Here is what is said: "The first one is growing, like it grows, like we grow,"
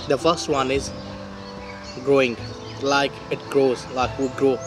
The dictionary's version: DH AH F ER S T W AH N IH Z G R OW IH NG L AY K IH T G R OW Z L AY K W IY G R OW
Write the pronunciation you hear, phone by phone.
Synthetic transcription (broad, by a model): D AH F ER S T W AH N IH Z G R OW IH NG L AY K IH T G R OW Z L AY K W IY G R OW